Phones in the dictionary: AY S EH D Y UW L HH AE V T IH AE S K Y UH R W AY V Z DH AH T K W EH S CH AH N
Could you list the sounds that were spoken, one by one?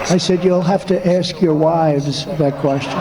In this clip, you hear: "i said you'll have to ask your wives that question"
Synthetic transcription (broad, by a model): AY S EH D Y UW L HH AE F T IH AE S K Y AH R W AY V Z DH AH T K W EH S CH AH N